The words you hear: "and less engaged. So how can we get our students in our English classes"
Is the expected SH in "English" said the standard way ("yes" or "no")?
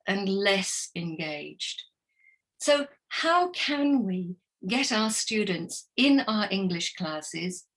yes